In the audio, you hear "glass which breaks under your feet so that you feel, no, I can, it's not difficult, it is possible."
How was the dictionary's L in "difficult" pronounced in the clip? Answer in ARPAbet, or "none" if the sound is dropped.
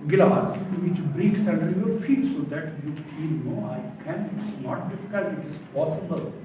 none